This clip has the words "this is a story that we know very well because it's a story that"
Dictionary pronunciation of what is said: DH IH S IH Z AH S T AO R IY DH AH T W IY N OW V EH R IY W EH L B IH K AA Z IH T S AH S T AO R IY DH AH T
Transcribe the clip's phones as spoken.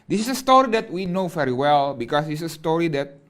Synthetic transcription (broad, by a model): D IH S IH S AH S T AO R IY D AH T W IY N OW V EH R IY W EH L B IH K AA S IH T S AH S T AO R IY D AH T